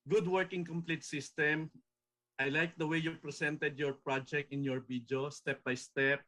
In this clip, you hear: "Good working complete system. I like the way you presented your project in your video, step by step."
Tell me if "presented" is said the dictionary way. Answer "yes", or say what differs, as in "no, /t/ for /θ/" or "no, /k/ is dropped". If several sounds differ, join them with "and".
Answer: no, /s/ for /z/